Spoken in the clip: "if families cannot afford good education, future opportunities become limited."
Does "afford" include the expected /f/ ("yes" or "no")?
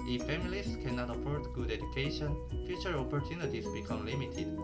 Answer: no